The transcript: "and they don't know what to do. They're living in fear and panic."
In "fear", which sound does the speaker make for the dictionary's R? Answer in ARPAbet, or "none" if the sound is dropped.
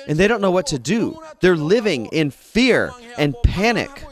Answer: R